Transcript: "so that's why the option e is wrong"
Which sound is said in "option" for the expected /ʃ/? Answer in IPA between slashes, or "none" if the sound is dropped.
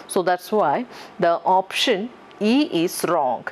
/ʃ/